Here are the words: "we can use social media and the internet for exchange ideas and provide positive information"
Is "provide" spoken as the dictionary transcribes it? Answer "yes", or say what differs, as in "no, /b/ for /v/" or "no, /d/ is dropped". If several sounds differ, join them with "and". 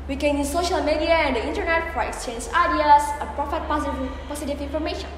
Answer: no, /p/ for /v/